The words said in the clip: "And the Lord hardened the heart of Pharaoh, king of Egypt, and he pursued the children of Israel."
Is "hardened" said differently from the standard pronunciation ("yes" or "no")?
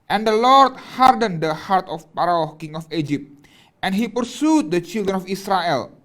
no